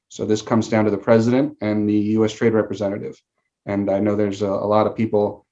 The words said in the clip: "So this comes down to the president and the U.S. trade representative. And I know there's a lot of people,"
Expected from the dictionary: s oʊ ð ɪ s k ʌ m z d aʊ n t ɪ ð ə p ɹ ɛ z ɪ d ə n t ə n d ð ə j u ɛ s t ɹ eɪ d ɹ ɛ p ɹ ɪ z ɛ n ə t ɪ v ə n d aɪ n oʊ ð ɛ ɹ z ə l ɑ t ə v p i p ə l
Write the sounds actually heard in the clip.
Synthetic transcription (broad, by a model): s oʊ ð ɪ s k ʌ m z d aʊ n t ɪ ð ə p ɹ ɛ z ɪ d ə n t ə n ð ə j u ɛ s t ɹ eɪ d ɹ ɛ p ɹ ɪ z ɛ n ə t ɪ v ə n aɪ n oʊ ð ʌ ɹ z ə l ɑ t ə v p i p l